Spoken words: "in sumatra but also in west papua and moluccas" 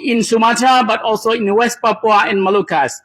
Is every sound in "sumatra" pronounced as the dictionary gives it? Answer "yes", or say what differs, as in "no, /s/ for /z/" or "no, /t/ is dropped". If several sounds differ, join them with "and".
no, /ɹ/ is dropped